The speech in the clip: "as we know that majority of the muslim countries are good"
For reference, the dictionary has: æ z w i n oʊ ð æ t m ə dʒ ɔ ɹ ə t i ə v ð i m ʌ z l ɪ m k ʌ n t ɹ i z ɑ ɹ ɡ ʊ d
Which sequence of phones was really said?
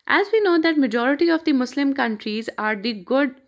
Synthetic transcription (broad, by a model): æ z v i n oʊ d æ t m ə dʒ ɔ ɹ ə t i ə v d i m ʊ s l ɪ m k ʌ n t ɹ i z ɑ ɹ ɡ ʊ d